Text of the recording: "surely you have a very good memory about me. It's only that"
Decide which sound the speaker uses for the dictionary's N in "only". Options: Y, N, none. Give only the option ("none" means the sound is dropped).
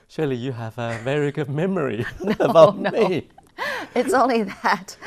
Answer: N